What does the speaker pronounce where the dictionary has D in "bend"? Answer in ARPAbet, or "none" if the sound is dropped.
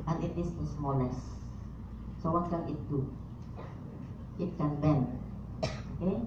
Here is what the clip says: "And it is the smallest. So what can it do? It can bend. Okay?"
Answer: none